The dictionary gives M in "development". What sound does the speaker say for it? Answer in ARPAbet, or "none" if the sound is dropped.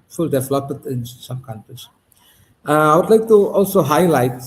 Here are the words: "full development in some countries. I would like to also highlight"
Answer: none